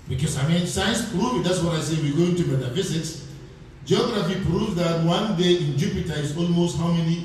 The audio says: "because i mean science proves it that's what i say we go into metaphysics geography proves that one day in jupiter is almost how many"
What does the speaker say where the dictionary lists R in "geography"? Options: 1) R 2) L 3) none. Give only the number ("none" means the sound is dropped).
1